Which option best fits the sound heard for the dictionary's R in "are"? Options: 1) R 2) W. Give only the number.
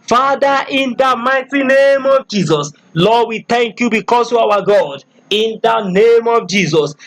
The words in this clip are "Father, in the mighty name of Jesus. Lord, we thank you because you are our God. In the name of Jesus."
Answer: 2